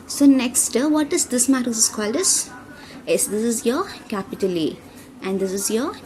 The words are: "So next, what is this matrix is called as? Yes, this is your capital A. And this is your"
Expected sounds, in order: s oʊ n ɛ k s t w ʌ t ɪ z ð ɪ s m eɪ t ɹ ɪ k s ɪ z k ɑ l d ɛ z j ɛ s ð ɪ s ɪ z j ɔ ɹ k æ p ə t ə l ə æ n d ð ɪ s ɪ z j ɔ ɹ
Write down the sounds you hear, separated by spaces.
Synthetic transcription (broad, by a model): s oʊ n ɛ k s t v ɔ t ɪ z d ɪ s m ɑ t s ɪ s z k ɑ l d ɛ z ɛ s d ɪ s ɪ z j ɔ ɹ k æ p ə t ə l ə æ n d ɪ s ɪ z j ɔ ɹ